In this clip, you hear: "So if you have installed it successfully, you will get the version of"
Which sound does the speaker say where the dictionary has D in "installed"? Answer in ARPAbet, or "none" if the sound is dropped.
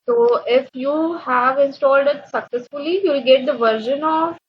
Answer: D